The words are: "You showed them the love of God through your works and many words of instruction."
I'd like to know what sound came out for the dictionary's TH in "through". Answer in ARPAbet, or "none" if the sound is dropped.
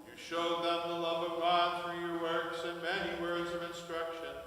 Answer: F